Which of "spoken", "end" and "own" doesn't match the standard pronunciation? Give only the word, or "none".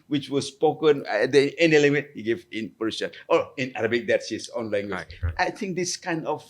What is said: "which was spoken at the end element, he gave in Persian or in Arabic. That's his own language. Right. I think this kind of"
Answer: end